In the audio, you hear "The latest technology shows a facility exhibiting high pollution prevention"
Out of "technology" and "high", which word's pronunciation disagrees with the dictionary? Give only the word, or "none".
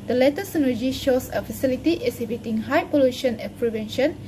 technology